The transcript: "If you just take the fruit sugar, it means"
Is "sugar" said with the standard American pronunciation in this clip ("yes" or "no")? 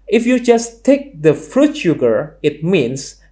yes